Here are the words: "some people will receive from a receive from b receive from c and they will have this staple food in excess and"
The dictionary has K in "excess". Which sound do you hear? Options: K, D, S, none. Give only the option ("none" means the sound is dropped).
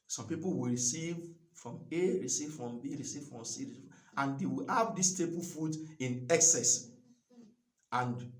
K